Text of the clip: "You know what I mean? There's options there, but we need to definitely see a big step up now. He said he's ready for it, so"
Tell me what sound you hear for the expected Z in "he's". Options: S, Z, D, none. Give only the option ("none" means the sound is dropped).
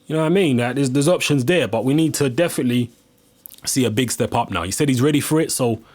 Z